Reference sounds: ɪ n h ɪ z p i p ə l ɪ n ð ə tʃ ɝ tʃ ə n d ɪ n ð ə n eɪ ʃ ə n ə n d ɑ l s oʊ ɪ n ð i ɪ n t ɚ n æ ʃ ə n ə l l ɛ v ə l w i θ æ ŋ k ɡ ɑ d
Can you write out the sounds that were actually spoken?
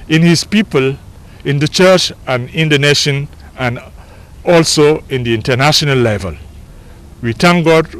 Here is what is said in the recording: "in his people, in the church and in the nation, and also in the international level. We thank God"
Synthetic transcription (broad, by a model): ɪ n h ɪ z p i p ə l ɪ n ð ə tʃ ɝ tʃ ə n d ɪ n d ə n eɪ ʃ ə n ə n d ɑ l s oʊ ɪ n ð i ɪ n t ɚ n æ ʃ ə n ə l l ɛ v ə l w i t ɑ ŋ ɡ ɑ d